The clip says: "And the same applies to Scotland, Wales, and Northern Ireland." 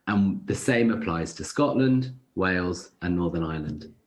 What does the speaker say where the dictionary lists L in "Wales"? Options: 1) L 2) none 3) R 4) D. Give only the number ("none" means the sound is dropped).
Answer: 1